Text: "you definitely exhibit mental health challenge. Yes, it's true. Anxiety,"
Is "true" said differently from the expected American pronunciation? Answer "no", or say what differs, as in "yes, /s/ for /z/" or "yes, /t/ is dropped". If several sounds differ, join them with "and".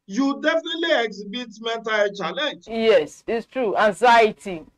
no